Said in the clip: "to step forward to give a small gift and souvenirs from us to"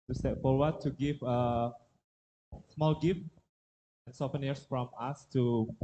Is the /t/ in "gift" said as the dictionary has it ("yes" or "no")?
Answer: no